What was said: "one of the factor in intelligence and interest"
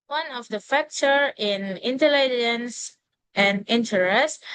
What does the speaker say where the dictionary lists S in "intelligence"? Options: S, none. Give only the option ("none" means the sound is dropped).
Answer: S